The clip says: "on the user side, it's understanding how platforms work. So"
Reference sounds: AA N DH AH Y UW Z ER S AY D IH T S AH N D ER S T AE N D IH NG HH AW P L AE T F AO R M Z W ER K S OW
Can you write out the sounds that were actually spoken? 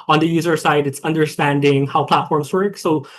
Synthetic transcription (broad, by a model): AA N DH AH Y UW Z ER S AY D IH T S AH N D ER S T AE N D IH NG HH AW P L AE T F AO R M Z W ER K S OW